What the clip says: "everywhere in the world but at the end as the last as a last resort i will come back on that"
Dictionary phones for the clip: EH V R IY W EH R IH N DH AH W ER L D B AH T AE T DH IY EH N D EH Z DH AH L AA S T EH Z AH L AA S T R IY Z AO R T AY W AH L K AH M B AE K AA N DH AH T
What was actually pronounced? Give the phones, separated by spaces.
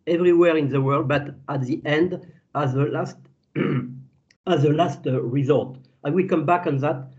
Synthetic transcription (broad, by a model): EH V R IY W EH R IH N DH AH W ER L D B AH T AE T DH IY EH N D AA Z DH AH L AA S T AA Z AH L AA S T R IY Z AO L T AY W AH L K AH M B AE K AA N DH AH T